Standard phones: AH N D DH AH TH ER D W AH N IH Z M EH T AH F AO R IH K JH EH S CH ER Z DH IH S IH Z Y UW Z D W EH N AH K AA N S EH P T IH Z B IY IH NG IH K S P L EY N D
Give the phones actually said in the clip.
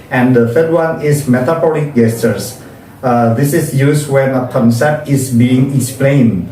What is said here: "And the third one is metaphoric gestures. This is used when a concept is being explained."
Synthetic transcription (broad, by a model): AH N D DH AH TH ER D W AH N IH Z M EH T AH P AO L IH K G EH S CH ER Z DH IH S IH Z Y UW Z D W EH N AH K AA N S EH P T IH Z B IY IH NG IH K S P L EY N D